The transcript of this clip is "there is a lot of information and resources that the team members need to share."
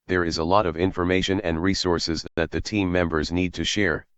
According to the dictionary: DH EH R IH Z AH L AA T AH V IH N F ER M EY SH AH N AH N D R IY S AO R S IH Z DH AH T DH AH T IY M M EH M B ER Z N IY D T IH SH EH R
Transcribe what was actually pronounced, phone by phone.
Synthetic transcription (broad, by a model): DH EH R IH Z AH L AA T AH V IH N F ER M EY SH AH N AH N D R IY S AO R S IH Z DH AH T DH AH T IY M M EH M B ER Z N IY D T IH SH EH R